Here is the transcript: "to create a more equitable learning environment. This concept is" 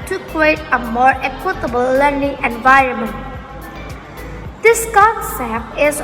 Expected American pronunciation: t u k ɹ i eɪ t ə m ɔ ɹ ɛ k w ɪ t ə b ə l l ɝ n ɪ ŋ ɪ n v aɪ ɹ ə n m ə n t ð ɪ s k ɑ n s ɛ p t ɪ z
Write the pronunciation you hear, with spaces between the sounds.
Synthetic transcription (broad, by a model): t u k ɹ i eɪ t ə m ɔ ɹ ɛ k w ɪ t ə b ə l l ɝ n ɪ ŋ ɪ n v aɪ ɹ ə n m ə n t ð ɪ s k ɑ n s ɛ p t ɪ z